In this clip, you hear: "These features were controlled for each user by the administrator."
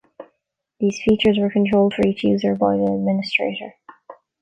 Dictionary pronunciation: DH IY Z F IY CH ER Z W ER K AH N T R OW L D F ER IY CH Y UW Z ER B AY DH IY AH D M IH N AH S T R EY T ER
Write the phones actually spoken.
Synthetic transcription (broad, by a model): DH IY Z F IY CH ER Z W ER K AH N T R OW L D F ER IY CH Y UW Z ER B AY DH IY AH D M IH N AH S T R EY T ER